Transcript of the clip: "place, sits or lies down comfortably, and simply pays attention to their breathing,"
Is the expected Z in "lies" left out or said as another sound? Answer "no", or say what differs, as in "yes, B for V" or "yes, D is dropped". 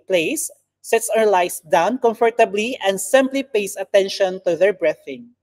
yes, S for Z